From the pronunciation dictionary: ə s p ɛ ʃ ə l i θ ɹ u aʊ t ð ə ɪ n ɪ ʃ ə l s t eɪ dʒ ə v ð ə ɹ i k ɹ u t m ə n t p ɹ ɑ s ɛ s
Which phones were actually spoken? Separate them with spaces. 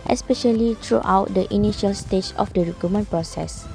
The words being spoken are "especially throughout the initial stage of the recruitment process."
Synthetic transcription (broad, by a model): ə s p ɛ ʃ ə l i t ɹ u aʊ t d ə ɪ n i ʃ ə l s t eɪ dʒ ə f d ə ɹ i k u m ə n p ɹ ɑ s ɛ s